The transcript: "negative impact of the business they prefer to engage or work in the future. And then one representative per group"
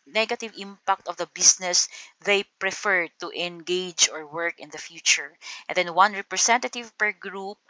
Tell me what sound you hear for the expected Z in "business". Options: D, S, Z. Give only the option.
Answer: S